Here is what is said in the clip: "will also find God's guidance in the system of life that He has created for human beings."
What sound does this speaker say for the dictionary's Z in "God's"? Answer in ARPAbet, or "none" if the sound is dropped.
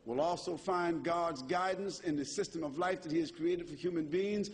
Z